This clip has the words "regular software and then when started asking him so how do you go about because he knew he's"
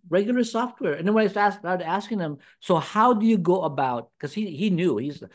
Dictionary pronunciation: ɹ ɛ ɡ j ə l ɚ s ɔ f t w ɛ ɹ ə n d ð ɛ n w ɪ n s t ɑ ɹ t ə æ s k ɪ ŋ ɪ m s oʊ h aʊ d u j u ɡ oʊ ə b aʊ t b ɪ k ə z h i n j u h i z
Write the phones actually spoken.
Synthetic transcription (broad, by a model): ɹ ɛ ɡ j l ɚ s ɔ f t w ɛ ɹ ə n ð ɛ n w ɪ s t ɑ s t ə æ s k ɪ ŋ ɪ m s oʊ h aʊ d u j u ɡ oʊ ə b aʊ t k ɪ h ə h i n j u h i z